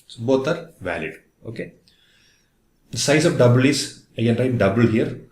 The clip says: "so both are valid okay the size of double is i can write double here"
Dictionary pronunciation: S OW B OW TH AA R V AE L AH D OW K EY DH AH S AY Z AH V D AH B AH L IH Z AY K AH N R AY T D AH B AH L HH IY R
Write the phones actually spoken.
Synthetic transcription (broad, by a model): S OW B OW T AA R V AE L AH D OW K EY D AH S AY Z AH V D AH B AH L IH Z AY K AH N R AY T D AH B AH L HH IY R